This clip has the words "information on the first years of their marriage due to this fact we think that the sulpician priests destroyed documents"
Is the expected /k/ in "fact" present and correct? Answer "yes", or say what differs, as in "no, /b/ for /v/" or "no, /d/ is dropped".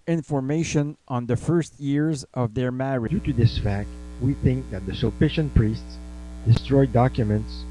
yes